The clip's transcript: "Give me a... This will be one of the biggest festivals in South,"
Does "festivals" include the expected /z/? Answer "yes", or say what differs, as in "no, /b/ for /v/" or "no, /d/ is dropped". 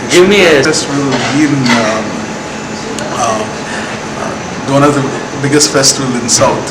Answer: no, /z/ is dropped